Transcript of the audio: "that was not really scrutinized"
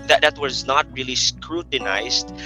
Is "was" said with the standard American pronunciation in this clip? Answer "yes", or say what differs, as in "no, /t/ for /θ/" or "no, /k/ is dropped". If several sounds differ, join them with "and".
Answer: yes